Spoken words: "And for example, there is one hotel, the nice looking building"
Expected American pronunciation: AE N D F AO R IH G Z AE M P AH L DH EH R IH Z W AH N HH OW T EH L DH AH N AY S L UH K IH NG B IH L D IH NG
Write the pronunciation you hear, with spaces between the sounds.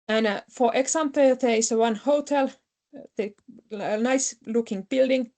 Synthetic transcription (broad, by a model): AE N F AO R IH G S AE M P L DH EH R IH S W AH N HH OW T EH L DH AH N AY S L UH K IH NG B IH L D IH NG